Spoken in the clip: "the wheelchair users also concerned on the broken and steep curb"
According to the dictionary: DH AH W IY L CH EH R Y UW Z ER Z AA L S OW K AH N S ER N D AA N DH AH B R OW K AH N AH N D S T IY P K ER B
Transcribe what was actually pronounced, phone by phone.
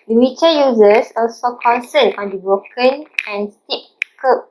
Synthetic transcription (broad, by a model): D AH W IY CH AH Y UW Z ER S AA L S OW K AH N S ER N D AA N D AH B R OW K AH N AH N S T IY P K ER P